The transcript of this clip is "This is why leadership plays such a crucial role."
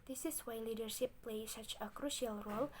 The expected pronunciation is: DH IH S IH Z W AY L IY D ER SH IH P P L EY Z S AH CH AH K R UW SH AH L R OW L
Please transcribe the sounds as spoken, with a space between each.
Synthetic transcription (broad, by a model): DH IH S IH S W AY L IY D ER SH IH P P L EY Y S AH CH AH K R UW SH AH L R OW L